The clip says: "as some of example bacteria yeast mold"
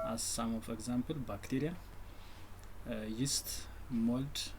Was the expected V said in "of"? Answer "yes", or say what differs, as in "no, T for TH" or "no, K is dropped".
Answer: no, F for V